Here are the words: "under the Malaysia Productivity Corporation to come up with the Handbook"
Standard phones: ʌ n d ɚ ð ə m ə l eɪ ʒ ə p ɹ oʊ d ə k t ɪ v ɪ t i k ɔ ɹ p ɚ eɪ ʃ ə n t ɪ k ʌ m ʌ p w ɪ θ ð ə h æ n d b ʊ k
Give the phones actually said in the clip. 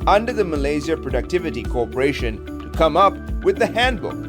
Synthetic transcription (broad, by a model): ʌ n d ɚ ð ə m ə l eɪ z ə p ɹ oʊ d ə k t ɪ v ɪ t i k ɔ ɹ p ɚ eɪ ʃ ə n t ɪ k ʌ m ʌ p w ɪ ð ə h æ n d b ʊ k